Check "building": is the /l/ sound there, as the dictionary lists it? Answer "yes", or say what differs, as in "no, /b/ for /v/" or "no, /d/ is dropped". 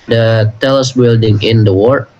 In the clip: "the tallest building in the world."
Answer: yes